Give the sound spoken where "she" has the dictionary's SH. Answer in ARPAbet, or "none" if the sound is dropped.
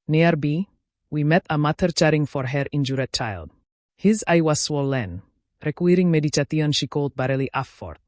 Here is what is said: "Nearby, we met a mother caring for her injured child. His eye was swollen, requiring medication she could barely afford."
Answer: SH